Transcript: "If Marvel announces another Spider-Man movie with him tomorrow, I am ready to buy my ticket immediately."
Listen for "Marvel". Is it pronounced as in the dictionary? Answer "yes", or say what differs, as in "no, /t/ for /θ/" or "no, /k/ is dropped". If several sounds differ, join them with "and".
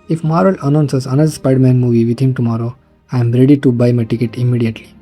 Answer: no, /v/ is dropped